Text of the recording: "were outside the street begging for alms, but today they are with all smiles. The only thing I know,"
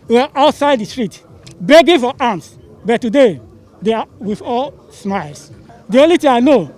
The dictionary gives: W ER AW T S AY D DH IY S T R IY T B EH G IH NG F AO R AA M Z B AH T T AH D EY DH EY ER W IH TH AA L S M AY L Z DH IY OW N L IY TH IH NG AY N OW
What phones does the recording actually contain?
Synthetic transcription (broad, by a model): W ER AW T S AY D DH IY S T R IY T B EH G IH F AO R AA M S B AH T T AH D EY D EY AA W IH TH AA L S M AY L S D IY OW N L IY T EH AY N OW